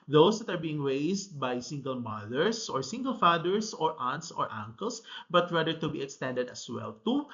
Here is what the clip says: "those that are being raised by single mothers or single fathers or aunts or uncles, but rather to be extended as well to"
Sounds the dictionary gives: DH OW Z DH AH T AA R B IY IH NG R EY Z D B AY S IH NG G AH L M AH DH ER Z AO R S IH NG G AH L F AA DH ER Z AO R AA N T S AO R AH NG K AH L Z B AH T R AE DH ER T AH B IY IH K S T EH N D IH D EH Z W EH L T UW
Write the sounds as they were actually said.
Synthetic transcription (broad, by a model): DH OW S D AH T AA R B IY IH NG R EY S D B AY S IH NG G AH L M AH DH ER S AO R S IH NG G AH L F AA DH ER S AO R AA N T S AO R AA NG K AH L S B AH T R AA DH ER T AH B IY IH K S T EH N D IH D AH S W EH L T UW